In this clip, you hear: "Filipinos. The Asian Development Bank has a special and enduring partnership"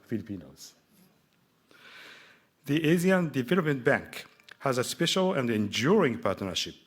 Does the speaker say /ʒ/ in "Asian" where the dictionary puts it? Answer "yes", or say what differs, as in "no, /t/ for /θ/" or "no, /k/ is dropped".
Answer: no, /z/ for /ʒ/